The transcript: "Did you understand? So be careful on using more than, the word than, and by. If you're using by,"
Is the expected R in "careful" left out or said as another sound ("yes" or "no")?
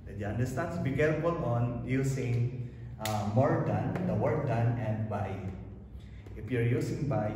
yes